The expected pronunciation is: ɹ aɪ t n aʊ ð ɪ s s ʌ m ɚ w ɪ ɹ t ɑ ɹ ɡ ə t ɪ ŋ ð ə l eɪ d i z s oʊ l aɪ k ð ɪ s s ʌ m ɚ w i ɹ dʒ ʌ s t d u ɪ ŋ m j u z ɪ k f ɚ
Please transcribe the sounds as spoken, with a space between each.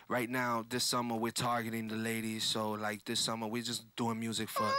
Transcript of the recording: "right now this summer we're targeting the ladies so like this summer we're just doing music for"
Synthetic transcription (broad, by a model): ɹ aɪ t n aʊ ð ɪ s s ʌ m ɚ w ɪ ɹ t ɑ ɹ ɡ ə t ɪ ŋ ð ə l eɪ d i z s oʊ l aɪ k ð ɪ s s ʌ m ɚ w i ɹ dʒ ʌ s d u ɪ ŋ m j u z ɪ k f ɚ